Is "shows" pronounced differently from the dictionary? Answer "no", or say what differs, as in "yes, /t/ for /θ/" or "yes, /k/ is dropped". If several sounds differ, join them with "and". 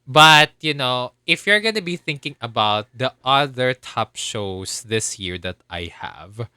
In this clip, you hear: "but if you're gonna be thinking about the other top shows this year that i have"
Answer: yes, /s/ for /z/